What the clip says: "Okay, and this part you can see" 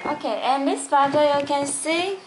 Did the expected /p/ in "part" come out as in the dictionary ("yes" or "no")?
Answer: no